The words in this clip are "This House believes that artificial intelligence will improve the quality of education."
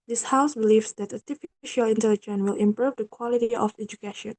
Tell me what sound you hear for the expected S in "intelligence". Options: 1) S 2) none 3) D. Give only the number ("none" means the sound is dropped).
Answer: 2